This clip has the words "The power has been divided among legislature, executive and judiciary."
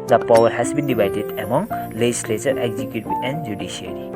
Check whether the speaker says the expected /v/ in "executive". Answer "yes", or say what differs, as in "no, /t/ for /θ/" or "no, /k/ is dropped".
no, /v/ is dropped